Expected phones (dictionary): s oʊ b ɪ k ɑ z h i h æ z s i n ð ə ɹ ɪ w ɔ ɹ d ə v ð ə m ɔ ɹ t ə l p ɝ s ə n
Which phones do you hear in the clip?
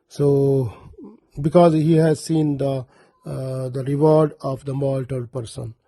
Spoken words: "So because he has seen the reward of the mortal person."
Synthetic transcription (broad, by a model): s oʊ b ɪ k ɑ z h i h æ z s i n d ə ɹ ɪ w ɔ ɹ d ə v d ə m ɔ l t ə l p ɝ s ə n